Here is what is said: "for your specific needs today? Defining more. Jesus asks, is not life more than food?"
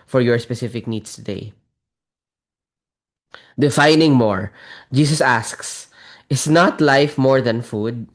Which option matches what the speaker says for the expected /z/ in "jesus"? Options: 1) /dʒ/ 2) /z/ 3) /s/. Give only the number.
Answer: 3